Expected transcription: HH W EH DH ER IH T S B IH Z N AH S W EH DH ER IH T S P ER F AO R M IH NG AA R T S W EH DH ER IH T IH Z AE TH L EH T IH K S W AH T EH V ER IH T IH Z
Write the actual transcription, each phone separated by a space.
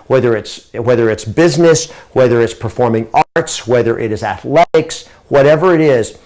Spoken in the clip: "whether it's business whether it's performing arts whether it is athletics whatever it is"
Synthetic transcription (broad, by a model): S W EH DH ER IH T S B IH Z N AH S W EH DH ER IH T S P ER F AO R M IH NG AA R T S W EH DH ER IH T IH Z AE TH L EH T IH K S W AH T EH V ER IH T IH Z